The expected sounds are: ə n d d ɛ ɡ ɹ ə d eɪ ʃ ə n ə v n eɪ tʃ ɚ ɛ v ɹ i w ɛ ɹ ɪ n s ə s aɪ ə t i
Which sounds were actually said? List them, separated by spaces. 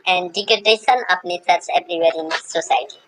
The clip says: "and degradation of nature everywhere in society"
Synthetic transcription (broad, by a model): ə n d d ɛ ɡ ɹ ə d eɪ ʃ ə n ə p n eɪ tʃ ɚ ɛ b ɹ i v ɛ ɹ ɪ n s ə s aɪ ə t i